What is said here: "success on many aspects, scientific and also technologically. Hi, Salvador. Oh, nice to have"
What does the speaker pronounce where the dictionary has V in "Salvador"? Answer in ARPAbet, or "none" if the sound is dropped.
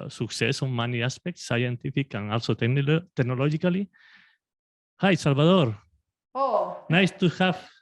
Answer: B